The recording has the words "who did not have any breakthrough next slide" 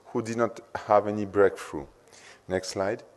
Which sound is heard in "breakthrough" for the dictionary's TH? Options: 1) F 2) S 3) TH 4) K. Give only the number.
1